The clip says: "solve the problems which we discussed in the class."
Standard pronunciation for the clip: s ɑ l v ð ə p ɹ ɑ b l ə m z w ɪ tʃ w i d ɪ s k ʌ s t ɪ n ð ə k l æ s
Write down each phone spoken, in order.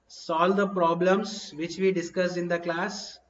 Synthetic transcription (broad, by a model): s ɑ l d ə p ɹ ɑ b l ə m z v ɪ tʃ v i d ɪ s k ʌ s ɪ n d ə k l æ s